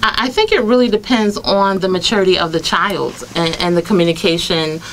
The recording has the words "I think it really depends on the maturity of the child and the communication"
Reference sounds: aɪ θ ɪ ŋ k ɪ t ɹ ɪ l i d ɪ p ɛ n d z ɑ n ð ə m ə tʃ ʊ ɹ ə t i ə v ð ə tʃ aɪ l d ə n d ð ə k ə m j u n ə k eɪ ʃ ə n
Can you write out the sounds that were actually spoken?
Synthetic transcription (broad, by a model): aɪ θ ɪ ŋ k ɪ t ɹ ɪ l i d ɪ p ɛ n d z n ð ə m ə tʃ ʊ ɹ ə t i ə v ð ə tʃ aɪ l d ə n ð ə k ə m j u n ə k eɪ ʃ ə n